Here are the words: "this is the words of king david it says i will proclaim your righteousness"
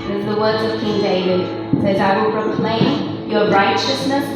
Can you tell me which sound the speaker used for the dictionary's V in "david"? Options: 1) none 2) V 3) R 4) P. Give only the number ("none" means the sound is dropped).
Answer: 1